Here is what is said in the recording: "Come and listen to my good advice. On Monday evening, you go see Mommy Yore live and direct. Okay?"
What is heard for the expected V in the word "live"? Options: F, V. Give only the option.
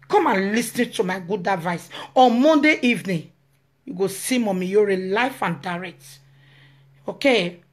F